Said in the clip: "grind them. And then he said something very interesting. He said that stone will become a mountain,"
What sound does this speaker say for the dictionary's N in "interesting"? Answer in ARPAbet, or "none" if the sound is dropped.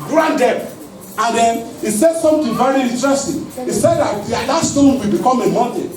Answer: none